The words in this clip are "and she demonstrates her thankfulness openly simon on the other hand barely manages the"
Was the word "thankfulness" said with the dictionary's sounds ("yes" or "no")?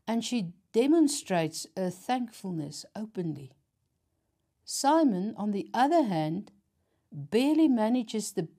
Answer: yes